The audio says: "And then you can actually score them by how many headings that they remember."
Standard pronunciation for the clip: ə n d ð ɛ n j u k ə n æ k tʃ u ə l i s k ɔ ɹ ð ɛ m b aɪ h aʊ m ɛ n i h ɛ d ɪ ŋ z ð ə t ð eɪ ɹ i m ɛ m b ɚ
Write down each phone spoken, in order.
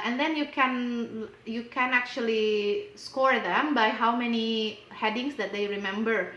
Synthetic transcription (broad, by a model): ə n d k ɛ n j u k ə n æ k tʃ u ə l i s k ɔ ɹ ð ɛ m b aɪ h aʊ m ɛ n i h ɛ d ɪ ŋ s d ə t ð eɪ ɹ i m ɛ m b ɚ